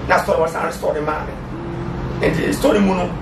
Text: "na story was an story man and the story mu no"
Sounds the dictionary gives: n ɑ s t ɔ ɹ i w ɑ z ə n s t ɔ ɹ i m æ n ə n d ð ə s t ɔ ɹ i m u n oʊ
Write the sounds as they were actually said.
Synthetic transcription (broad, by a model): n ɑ s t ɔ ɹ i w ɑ s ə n s t ɔ ɹ i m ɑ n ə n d s t ɔ ɹ i m u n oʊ